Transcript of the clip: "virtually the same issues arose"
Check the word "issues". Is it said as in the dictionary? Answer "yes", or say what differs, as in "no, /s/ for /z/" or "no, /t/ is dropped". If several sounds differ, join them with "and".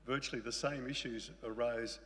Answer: yes